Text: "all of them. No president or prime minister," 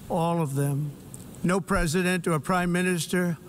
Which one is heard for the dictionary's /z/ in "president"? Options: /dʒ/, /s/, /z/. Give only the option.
/z/